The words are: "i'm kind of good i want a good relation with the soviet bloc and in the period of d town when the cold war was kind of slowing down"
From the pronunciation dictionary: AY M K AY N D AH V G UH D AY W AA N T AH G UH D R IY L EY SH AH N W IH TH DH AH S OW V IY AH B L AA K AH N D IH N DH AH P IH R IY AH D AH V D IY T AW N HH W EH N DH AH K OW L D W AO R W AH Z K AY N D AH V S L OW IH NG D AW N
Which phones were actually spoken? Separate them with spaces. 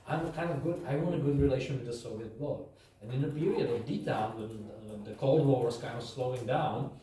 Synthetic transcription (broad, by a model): AY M K AY N D AH V G UH D AY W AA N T AH G UH D R IY L EY SH AH N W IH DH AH S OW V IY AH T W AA AH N IH N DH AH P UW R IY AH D AH V D IY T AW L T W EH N DH AH K OW L D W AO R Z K AY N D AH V S L OW IH NG D AW N